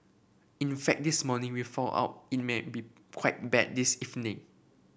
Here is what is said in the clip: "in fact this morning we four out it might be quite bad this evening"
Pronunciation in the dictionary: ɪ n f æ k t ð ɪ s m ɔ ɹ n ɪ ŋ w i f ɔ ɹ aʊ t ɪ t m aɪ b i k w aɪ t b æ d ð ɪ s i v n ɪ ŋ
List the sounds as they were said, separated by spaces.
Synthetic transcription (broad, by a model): ɪ n f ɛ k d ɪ s m ɔ n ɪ ŋ w i f ɔ l aʊ t ɪ t m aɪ b i k w aɪ t b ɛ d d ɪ s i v n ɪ ŋ